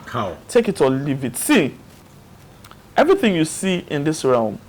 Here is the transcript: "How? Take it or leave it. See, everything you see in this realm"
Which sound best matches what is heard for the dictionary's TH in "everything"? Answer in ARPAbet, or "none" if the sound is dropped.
TH